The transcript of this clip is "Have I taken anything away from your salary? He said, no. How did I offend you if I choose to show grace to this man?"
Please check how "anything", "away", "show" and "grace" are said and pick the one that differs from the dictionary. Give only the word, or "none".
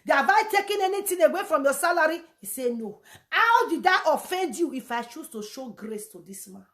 anything